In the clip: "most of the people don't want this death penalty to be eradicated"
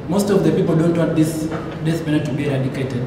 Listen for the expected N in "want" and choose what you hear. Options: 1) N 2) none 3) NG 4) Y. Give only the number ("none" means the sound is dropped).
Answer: 2